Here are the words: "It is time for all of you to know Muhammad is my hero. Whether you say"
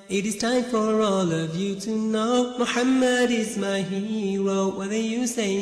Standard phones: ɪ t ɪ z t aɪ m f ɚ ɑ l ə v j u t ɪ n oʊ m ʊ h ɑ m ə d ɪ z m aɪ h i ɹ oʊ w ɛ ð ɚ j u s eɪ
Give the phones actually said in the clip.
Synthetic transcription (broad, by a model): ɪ t ɪ z t aɪ m f ɚ ɑ l ə v j u t ɪ n oʊ m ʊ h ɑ m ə d ɪ z m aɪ h i ɹ oʊ w ɛ ð ɚ j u s eɪ